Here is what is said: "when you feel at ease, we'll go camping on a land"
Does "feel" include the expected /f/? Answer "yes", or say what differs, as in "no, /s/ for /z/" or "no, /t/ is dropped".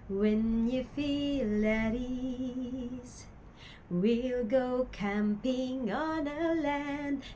yes